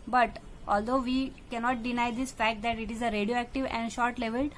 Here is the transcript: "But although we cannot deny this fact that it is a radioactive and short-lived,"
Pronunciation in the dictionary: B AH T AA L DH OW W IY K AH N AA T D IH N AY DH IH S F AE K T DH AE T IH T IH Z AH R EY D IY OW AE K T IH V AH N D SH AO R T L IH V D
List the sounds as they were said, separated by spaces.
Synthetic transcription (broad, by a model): B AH T AA L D OW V IY K AH N AA T D IH N AY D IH S F AE K T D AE T IH T IH Z AH R EY D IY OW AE K T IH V AH N D SH AO R T L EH V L